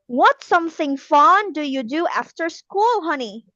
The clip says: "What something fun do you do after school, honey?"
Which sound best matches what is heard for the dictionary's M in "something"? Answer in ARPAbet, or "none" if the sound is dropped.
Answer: M